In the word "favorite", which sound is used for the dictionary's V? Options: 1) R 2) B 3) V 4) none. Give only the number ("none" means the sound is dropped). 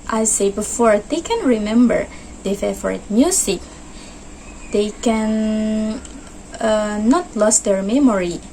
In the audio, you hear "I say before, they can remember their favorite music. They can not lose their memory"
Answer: 4